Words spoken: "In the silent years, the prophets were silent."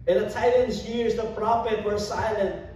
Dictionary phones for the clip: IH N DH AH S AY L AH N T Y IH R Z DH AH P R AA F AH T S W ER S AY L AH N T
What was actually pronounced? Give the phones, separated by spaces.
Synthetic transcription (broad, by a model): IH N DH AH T AY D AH N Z Y IH R Z DH AH P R AA F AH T W ER S AY L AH N T